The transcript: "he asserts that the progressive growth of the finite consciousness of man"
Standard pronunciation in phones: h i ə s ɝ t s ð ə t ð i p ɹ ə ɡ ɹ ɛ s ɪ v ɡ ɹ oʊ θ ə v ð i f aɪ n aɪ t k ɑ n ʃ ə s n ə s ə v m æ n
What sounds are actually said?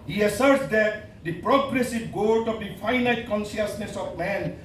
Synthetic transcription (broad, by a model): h i ə s ɝ t s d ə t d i p ɹ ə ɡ ɹ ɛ s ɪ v ɡ oʊ t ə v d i f aɪ n aɪ t k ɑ n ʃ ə s n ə s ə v m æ n